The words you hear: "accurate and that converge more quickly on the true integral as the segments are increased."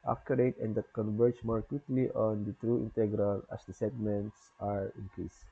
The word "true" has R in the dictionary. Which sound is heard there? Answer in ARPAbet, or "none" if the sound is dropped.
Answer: R